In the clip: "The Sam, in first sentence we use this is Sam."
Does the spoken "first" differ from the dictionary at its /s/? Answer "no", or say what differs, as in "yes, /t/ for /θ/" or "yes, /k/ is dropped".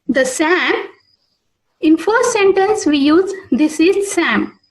yes, /s/ is dropped